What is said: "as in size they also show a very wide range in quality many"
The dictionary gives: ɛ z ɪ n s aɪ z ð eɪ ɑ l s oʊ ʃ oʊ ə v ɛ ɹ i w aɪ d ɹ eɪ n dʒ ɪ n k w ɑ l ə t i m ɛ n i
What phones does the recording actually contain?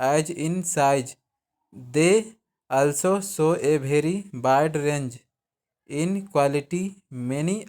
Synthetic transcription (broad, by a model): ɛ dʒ ɪ n s aɪ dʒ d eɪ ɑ l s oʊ s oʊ ə b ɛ ɹ i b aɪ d ɹ eɪ n dʒ ɪ n k w ɑ l ə t i m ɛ n i